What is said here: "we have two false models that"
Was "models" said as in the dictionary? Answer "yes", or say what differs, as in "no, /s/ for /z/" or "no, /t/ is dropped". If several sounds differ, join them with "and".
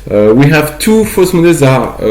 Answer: no, /l/ is dropped